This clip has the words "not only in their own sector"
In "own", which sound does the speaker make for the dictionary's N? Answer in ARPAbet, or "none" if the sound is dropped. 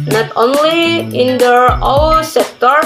L